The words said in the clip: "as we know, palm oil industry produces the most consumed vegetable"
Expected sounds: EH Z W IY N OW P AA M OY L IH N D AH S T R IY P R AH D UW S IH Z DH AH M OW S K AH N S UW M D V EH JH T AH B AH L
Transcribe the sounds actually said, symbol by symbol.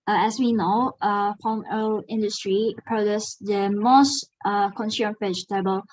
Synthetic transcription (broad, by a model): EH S W IY N OW F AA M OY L IH N D AH S T R IY P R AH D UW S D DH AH M OW S K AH N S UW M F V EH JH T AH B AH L